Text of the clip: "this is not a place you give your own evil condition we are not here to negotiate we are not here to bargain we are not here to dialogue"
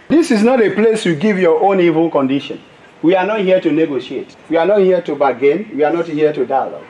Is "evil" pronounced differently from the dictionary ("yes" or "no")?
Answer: no